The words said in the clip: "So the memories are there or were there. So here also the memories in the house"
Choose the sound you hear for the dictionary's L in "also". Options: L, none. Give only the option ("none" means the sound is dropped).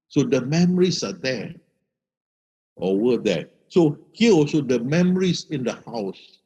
none